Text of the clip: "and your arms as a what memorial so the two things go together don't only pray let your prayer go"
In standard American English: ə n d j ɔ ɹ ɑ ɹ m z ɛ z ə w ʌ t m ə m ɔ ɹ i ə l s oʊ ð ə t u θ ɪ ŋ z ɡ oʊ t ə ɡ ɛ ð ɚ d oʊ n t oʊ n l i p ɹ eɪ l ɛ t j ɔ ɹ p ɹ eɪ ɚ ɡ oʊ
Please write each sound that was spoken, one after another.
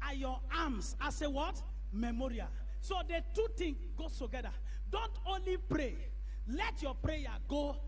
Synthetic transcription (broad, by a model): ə j ɔ ɑ m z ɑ s ə w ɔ t m ə m ɔ ɹ i ə l s oʊ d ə t u t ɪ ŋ ɡ oʊ t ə ɡ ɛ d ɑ d oʊ n t oʊ n l i p ɹ eɪ l ɛ t j ɔ p ɹ eɪ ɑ ɡ oʊ